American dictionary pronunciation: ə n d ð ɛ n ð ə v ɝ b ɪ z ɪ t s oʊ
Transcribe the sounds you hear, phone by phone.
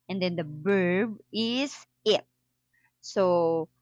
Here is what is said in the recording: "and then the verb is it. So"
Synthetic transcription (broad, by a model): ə n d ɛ n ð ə b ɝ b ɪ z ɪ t s oʊ